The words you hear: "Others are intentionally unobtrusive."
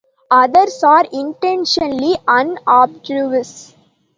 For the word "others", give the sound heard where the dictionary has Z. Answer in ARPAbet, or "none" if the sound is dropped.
S